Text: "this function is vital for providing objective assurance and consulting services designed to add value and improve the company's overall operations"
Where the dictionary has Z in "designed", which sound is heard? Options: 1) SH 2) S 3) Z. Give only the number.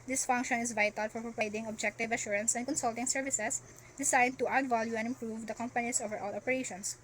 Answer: 2